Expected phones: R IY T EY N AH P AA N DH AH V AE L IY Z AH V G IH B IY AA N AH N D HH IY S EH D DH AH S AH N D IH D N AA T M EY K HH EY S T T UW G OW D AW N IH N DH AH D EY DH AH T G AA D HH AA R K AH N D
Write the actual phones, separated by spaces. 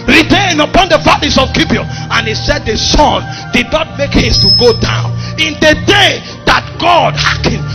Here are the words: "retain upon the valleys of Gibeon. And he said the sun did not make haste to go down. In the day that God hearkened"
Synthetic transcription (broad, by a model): R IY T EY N AH P AA N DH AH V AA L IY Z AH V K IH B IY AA AH N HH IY S EH D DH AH S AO N D IH D N AA T M EY K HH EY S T T UW G OW D AW N IH N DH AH D EY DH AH T G AA D HH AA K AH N